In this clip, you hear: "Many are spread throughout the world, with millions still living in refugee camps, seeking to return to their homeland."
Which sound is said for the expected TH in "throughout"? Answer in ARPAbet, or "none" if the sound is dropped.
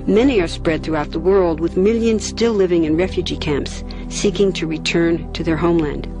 TH